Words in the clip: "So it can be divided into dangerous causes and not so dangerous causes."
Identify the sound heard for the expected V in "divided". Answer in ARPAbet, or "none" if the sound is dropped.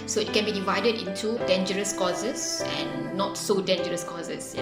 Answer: V